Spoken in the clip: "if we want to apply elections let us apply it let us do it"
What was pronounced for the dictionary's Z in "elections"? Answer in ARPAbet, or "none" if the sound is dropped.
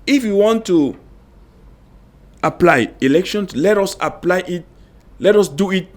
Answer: S